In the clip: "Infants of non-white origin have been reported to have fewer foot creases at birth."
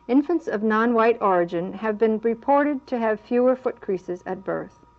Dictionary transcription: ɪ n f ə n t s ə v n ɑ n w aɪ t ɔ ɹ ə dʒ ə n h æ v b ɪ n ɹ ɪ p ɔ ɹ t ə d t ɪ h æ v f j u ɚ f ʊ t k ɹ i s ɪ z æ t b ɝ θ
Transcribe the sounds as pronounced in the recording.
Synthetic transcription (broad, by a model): ɪ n f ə n t s ə v n ɑ n w aɪ t ɔ ɹ ə dʒ ə n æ v b ɪ n ɹ ɪ p ɔ ɹ t ə d t ɪ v f j u ɚ f ʊ t k ɹ i s ɪ z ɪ t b ɝ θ